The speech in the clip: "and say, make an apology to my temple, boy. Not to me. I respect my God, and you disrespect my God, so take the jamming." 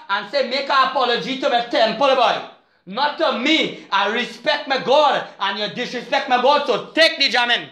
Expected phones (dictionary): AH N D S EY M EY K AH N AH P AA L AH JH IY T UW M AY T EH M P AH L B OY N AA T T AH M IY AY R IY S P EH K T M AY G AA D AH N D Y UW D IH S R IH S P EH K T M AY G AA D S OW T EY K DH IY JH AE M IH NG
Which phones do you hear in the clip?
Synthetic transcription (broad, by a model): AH N S EY M EY K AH AH P AA L AH JH IY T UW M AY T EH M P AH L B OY N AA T T AH M IY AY R IY S P EH K T M AY G AA D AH N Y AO D IH S R IH S P EH K T M AY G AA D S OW T EY K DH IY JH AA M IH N